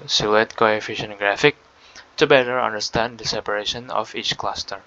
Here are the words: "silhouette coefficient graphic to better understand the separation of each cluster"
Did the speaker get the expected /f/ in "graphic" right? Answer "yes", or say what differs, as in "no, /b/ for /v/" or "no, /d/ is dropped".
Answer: yes